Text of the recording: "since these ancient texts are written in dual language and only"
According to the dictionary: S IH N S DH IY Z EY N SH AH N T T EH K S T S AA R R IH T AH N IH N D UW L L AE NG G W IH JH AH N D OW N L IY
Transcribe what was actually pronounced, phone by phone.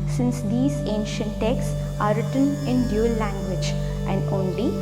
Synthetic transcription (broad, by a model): S IH N S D IY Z EY N SH AH N T T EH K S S AA R R IH T AH N IH N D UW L L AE NG G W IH JH AH N D OW N L IY